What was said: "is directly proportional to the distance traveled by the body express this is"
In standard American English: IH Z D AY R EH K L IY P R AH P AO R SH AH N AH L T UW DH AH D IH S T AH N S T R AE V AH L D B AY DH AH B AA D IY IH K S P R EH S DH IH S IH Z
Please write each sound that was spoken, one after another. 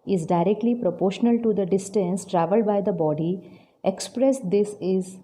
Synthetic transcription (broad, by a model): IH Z D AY R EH K L IY P R AH P AO R SH AH N AH L T UW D AH D IH S T AH N S T R AE V AH L D B AY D AH B AA D IY IH K S P R EH S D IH S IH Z